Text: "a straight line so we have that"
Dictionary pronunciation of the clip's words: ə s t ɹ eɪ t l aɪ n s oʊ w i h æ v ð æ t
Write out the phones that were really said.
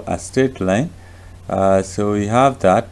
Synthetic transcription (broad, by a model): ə s t eɪ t l aɪ n s oʊ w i h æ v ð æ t